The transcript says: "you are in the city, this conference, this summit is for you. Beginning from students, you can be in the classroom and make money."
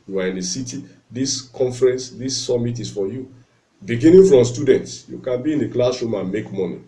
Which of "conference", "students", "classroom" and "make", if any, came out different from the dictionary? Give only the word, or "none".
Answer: classroom